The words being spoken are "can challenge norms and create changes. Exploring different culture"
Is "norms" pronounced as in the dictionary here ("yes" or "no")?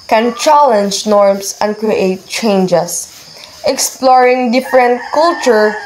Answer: no